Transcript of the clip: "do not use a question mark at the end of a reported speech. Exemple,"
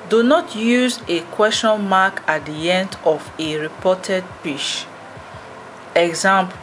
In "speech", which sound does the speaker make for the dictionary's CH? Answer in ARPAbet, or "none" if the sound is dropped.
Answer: SH